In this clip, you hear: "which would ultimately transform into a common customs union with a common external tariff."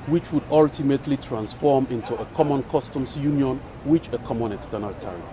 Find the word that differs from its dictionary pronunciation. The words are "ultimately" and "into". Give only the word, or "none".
none